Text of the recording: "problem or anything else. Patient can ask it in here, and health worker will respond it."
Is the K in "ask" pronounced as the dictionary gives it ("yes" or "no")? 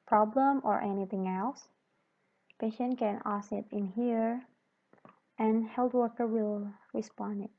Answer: no